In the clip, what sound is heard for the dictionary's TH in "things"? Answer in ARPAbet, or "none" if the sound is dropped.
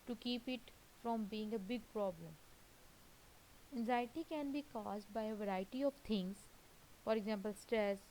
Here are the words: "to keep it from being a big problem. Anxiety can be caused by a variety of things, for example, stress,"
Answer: T